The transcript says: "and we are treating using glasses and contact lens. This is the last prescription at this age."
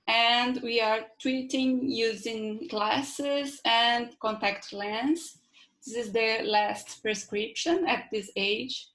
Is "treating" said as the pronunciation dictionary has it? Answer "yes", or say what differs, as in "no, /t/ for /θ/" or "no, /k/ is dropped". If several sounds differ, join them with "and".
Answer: no, /w/ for /ɹ/